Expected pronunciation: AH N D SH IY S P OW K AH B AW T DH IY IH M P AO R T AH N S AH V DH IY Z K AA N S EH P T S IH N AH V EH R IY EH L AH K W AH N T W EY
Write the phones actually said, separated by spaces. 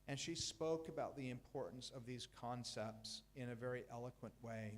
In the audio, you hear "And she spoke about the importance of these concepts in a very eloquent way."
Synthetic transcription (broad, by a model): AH N SH IY S P OW K AH B AW T DH IY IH M P AO R T N S AH V DH IY Z K AA N S EH P T S IH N AH V EH R IY EH L AH K W AH N T W EY